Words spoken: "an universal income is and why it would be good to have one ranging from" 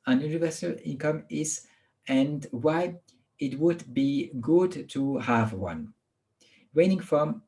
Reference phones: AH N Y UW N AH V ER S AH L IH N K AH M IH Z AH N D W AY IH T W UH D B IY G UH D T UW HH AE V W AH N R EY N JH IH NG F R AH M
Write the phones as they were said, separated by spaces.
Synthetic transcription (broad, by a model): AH N Y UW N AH V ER S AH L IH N K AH M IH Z AH N D W AY IH T W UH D B IY G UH D T UW HH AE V W AH N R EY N IH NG F R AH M